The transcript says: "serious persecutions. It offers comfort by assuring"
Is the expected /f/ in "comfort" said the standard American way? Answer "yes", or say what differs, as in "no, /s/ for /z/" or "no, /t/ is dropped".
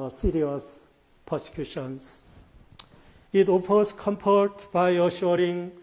no, /p/ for /f/